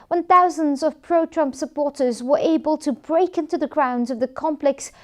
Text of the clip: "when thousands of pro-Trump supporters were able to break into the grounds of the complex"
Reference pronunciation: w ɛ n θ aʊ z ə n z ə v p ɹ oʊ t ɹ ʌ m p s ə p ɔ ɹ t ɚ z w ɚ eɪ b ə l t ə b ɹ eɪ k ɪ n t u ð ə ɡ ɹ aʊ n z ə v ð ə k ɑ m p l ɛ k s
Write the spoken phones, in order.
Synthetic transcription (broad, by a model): w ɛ n θ aʊ z ə n z ə v p ɹ oʊ t ɹ ʌ m p s ə p ɔ ɹ t ɚ z w ɚ eɪ b ə l t ə b ɹ eɪ k ɪ n t u ð ə ɡ ɹ aʊ n z ə v ð ə k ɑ m p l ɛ k s